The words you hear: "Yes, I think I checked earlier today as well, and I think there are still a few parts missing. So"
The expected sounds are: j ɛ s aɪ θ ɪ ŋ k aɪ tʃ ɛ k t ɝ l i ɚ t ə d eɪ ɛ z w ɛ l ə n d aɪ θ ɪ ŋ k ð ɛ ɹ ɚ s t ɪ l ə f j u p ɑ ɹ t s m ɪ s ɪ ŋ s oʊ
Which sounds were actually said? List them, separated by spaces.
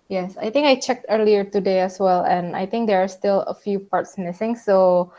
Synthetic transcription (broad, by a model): j ɛ s aɪ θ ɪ ŋ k aɪ tʃ ɛ k t ɝ l i ɚ t ə d eɪ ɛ s w ɛ l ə n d aɪ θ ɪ ŋ k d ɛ ɹ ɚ s t ɪ l ə f j u p ɑ ɹ t s m ɪ s ɪ ŋ s oʊ